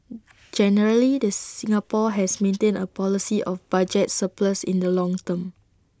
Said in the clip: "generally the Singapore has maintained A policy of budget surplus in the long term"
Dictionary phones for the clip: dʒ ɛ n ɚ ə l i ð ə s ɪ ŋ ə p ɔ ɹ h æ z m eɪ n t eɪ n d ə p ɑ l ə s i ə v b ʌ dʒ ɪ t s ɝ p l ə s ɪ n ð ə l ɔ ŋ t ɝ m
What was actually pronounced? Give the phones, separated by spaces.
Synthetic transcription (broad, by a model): dʒ ɛ n ɚ ə l i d ə s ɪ ŋ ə p ɔ h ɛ s m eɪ n t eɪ n ə p ɑ l ə s i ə f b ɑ dʒ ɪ t s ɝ p l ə s ɪ n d ə l ɔ ŋ t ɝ m